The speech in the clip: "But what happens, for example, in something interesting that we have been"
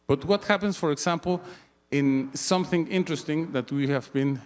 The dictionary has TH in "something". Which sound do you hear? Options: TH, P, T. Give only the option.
TH